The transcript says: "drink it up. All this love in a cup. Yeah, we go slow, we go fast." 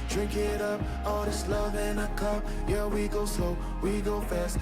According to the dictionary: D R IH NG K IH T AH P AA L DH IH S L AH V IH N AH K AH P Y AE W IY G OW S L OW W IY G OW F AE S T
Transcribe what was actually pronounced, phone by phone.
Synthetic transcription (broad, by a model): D R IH NG K IH T AH P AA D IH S L AH V IH N AH K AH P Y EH W IY G OW S OW W IY G OW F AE S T